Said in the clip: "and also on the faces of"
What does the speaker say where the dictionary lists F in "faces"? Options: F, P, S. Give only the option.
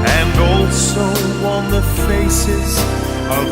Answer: F